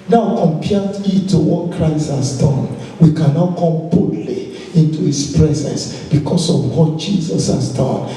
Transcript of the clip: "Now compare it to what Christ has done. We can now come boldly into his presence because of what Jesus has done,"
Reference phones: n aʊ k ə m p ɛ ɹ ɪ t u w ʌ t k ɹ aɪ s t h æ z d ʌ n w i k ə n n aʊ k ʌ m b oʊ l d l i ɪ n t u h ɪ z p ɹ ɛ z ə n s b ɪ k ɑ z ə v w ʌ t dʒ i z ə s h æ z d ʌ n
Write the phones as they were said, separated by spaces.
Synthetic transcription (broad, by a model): n aʊ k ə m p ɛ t ɪ t u w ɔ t k ɹ aɪ s t h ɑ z d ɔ n w i k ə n n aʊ k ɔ m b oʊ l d l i ɪ n t u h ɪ s p ɹ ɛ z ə n s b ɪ k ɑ s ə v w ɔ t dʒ i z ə s h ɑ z d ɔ n